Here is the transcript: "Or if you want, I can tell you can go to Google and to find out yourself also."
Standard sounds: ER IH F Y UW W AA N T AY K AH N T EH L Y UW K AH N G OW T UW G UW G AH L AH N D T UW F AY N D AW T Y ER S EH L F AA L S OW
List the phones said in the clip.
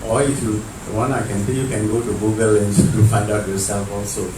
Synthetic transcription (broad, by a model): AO IH F Y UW W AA N AY K AH N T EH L Y UW K AH N G OW T UW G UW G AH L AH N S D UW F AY D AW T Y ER S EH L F AA L S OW